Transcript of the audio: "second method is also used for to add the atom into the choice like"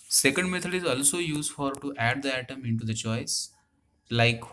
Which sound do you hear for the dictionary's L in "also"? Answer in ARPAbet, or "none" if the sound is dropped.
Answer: L